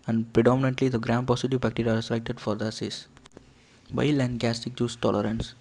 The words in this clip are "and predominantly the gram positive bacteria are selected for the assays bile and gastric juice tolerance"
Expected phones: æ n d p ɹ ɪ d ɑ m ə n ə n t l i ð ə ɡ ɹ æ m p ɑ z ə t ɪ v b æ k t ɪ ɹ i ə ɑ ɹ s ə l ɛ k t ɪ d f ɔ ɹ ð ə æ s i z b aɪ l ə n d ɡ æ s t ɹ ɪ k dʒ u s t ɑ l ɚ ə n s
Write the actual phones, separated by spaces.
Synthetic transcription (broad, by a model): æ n d p ɹ ɪ d ɑ m ə n ə n t l i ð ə ɡ ɹ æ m p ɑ s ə t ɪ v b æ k t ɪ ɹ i ɑ ɹ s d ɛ k t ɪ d f ɔ ɹ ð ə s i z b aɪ l ə n d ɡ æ s t ɪ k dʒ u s t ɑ l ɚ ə n s